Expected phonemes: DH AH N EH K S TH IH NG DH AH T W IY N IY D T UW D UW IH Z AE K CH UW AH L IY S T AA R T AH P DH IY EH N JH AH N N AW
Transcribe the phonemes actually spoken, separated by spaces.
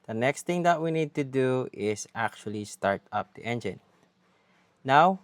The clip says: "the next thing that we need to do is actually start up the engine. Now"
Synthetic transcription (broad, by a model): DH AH N EH K S T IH NG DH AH T W IY N IY D T UW D UW IH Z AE K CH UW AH L IY S T AA R T AH P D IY EH N JH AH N N AW